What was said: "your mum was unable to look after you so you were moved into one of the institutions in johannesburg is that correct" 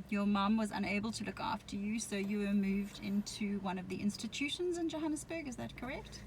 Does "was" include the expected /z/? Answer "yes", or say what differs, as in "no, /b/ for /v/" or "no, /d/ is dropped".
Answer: yes